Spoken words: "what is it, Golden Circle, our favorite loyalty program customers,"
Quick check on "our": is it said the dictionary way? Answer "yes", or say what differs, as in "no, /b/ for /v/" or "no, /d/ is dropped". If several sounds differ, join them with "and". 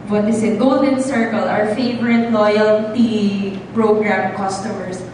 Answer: yes